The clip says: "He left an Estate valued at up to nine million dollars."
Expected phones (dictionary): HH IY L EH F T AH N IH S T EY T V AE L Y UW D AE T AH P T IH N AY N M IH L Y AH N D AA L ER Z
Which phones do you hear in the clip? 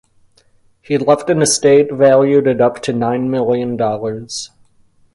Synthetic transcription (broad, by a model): HH IY L EH F T AH N IH S T EY T V AE L Y UW D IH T AH P T IH N AY N M IH L Y AH N D AA L ER Z